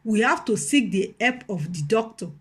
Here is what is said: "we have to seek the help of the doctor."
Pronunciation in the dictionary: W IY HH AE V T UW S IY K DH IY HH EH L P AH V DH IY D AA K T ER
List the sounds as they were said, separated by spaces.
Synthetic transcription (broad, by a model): W IY HH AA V T UW S IY K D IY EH P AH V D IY D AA K T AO